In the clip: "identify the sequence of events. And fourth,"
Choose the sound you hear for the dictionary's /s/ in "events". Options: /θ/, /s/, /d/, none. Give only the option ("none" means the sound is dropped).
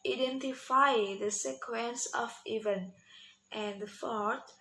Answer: none